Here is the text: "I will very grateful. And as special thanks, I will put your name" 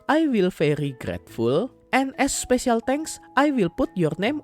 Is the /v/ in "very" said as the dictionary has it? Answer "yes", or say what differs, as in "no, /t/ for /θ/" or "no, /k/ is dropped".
no, /f/ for /v/